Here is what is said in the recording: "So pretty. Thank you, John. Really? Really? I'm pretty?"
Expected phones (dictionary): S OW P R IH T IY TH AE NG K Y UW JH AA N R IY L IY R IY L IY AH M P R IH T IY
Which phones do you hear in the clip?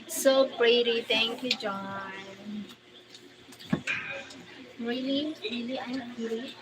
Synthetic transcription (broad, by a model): S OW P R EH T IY T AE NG K Y UW JH AA N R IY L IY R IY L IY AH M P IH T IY